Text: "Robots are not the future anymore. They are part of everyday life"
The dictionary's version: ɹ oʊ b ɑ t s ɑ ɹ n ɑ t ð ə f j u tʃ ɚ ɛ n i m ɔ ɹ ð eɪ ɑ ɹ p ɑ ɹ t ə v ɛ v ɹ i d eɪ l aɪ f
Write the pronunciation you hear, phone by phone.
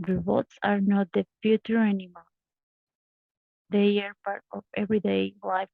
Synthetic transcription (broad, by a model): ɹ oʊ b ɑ t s ɑ ɹ n ɑ t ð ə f j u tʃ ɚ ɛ n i m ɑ l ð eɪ ɑ ɹ p ɑ ɹ t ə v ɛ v ɹ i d eɪ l aɪ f